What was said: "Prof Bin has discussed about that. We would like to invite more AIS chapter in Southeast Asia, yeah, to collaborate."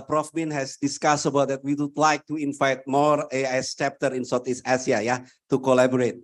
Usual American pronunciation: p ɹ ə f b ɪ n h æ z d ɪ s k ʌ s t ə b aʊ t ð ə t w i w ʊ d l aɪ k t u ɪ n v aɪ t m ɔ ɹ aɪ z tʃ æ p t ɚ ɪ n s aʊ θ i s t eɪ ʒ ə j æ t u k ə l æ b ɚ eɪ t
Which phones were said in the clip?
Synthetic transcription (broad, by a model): p ɹ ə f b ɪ n h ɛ s d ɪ s k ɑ s ə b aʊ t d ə t w i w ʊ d l aɪ k t u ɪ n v aɪ t m ɔ ɹ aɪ s tʃ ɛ p t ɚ ɪ n s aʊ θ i s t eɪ s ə j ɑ t u k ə l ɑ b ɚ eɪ t